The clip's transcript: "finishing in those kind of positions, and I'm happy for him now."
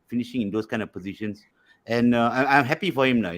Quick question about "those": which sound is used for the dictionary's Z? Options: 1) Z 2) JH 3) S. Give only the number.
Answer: 3